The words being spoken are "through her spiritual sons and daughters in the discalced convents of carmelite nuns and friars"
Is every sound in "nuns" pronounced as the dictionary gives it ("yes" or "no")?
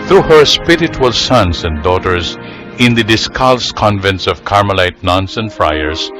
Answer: no